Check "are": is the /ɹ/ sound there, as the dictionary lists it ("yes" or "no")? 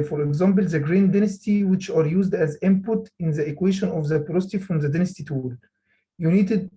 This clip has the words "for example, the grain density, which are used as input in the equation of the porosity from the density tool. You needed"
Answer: yes